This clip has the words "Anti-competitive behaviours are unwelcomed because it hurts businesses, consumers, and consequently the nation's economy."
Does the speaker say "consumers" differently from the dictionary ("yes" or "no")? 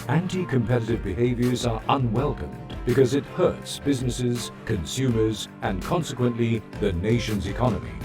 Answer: no